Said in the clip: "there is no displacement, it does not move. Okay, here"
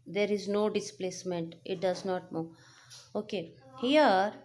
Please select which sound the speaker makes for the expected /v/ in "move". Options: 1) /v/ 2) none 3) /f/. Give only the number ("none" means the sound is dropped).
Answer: 2